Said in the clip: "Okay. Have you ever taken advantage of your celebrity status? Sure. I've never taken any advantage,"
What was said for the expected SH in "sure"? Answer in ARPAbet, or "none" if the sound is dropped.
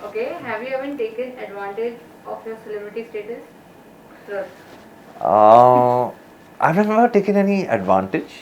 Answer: S